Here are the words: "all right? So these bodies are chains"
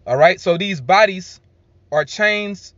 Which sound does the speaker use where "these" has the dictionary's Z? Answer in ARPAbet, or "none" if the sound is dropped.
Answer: Z